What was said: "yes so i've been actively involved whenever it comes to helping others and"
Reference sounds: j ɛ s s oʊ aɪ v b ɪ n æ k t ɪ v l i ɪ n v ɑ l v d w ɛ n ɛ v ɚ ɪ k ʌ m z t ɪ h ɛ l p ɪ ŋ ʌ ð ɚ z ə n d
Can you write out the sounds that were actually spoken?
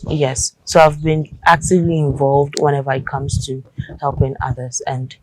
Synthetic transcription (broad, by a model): j ɛ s s oʊ aɪ v b ɪ n æ k t ɪ v l i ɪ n v ɑ l v d w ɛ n ɛ v ɚ ɪ k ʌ m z t ɪ h ɛ l p ɪ ŋ ʌ ð ɚ z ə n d